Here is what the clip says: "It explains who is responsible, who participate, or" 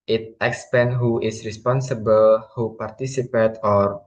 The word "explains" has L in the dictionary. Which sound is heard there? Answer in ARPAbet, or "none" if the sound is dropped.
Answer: none